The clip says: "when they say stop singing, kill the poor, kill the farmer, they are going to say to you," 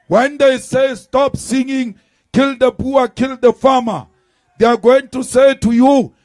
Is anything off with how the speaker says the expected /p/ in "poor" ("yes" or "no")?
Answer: yes